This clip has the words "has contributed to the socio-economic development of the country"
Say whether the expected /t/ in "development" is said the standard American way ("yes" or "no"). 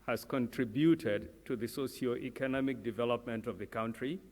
yes